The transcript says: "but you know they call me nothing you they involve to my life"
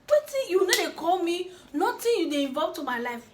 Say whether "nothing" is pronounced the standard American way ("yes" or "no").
no